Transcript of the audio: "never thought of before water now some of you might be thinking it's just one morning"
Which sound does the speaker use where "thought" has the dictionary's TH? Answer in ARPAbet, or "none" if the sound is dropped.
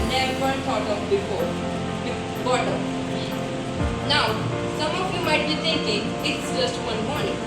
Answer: T